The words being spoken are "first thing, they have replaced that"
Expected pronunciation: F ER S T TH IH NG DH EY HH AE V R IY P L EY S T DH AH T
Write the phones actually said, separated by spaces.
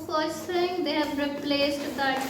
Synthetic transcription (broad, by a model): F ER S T F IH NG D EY HH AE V R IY P L EY S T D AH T